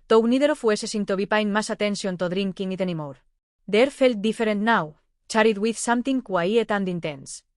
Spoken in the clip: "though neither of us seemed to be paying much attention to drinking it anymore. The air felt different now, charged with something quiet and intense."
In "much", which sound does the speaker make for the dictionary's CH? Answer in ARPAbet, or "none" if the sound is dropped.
S